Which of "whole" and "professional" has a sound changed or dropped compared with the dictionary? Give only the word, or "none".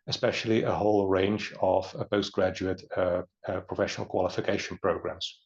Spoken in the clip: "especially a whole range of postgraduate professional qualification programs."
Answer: none